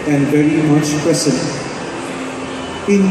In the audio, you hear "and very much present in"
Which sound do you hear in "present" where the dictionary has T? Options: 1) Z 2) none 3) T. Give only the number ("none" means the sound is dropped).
2